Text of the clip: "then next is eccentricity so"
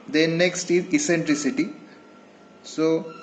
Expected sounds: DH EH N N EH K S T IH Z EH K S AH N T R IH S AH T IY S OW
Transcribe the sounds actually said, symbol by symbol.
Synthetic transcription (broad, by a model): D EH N N EH K S T IH Z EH S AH N T R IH S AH T IY S OW